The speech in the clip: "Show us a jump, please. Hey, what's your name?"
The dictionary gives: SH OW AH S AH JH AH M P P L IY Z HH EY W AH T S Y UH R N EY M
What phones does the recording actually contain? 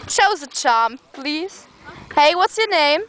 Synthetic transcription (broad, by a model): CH OW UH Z AH CH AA M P P L IY Z HH EY W AH T S Y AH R N EY M